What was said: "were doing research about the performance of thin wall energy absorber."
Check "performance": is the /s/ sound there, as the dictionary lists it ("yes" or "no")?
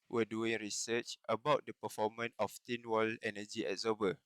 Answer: no